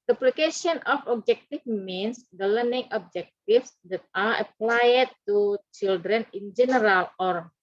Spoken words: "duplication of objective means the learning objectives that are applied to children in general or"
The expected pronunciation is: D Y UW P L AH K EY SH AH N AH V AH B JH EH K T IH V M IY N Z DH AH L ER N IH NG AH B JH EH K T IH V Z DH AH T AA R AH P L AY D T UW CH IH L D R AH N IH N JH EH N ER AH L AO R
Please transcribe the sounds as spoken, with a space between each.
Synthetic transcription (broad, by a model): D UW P L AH K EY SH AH N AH F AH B JH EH K T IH F M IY N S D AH L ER N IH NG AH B JH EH K T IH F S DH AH T AA R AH P L AY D T UW CH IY L D R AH N IH N JH EH N ER AH L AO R